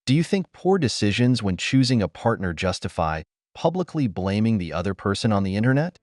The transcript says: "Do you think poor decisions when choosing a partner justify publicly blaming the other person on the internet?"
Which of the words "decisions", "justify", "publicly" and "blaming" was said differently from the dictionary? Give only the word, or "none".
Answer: none